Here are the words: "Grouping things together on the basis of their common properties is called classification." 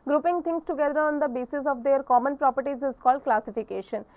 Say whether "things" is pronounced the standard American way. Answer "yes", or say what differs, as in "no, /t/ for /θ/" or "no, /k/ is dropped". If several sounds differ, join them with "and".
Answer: no, /t/ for /θ/ and /s/ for /z/